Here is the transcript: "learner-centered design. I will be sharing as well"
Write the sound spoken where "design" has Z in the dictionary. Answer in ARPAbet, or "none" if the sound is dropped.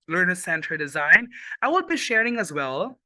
Z